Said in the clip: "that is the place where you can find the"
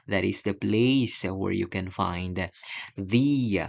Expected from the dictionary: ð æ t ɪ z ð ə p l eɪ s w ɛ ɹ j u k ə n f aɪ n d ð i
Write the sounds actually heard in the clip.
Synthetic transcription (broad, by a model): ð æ t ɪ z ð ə p l eɪ s w ɛ ɹ j u k ə n f aɪ n d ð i